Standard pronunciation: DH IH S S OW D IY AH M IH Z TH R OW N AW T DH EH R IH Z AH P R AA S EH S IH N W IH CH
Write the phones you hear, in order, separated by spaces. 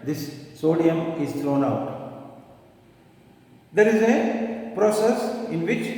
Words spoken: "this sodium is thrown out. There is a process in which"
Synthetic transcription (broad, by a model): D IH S S OW D IY AH M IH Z T R OW N AW T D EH R IH Z AH P R AA S EH S IH N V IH CH